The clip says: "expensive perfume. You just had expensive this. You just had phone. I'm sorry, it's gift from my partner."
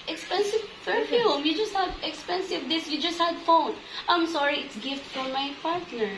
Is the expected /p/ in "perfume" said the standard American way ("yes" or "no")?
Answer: no